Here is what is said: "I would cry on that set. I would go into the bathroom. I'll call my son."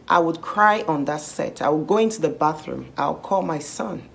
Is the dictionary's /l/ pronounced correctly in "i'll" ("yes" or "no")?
no